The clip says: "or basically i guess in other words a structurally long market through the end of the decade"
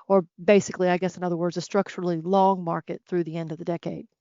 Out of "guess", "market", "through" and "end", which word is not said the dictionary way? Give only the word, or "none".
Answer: none